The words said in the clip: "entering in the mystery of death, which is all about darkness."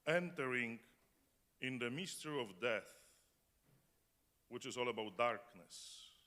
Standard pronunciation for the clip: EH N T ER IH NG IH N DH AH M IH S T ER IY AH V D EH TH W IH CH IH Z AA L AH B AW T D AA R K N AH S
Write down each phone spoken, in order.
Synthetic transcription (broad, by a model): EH N T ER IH NG IH N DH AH M IH S T ER IY AH V D EH TH W IH CH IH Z AA L AH B AW T D AA R K N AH S